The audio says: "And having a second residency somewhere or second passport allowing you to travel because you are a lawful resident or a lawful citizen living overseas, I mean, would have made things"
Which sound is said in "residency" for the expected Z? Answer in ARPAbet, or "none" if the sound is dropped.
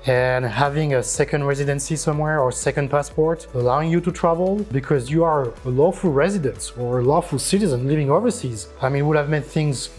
Z